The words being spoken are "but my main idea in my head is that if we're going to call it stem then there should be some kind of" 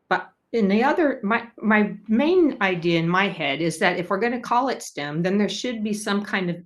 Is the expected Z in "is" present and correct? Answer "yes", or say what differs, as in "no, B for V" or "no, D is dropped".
yes